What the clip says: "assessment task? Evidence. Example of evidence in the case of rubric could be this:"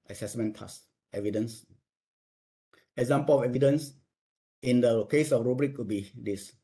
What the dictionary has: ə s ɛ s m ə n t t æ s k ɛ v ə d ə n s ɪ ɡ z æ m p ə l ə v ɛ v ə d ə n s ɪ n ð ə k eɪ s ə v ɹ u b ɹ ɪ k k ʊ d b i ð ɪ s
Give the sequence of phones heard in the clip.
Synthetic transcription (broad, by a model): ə s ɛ s m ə n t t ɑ s ɛ v ə d ə n s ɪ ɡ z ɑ m p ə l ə f ɛ v ə d ə n s ɪ n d ə k eɪ s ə f ɹ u b ɹ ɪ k k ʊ b i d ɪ s